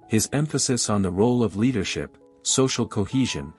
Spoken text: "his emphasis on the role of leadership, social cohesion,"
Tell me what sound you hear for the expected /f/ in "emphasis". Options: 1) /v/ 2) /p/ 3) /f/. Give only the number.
3